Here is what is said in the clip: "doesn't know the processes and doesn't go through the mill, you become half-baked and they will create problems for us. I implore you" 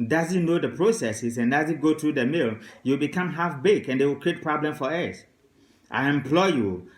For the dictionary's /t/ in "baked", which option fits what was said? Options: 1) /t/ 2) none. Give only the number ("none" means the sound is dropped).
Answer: 2